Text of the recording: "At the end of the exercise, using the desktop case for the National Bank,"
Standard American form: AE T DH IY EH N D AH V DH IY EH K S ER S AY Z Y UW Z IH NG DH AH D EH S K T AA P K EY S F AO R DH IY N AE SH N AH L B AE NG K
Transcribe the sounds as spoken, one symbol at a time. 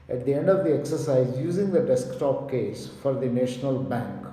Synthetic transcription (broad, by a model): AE T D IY EH N D AH V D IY EH K S ER S AY Z Y UW Z IH NG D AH D EH S K T AA P K EY S F AO R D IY N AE SH N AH L B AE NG K